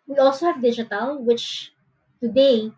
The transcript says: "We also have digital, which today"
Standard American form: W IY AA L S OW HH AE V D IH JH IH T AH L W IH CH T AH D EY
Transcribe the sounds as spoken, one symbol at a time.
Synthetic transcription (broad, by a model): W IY AA L S OW HH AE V D IH JH IH T AH L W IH CH T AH D EY